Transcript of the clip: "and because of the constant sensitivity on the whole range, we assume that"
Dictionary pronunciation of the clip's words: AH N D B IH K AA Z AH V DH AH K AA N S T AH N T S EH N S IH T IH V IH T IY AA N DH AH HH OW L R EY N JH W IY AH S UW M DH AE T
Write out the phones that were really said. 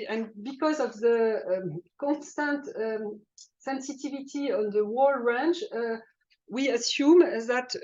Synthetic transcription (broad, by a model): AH N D B IH K AA Z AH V DH AH K AA N S T AH N T S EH N S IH T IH V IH T IY AA N DH AH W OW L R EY N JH W IY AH S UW M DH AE T